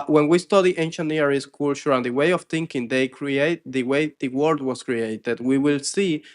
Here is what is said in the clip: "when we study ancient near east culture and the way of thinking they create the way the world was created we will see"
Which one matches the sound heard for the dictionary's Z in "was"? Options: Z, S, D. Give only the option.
S